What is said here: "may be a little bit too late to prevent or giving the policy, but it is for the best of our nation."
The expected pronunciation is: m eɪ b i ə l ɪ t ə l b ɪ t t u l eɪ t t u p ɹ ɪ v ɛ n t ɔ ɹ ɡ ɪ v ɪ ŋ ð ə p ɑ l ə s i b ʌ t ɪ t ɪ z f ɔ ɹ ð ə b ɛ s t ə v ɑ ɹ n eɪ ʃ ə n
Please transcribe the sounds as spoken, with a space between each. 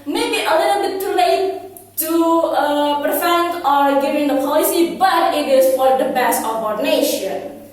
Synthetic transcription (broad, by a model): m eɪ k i ə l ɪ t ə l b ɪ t t u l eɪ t t u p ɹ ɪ f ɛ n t ɔ ɹ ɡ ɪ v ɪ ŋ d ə p ɑ l ə s i b ʌ t ɪ t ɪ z f ɔ ɹ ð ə b ɛ s t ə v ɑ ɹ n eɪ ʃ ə n